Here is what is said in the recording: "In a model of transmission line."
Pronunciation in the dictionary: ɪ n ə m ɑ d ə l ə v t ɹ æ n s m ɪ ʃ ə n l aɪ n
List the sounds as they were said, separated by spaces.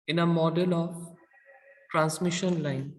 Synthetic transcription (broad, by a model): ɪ n ə m ɑ d ə l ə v t ɹ æ n s m ɪ ʃ ə n l aɪ n